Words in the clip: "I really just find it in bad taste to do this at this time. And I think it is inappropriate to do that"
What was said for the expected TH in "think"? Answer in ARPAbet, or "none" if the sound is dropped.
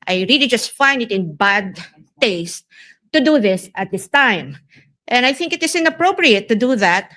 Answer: TH